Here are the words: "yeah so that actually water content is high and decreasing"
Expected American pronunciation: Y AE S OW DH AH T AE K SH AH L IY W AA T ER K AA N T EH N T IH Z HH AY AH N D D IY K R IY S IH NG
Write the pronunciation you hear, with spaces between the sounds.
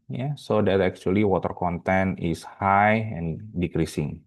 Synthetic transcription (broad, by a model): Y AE S OW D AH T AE K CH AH L IY W AA T ER K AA N T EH N IH S HH AY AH N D D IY K R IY S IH NG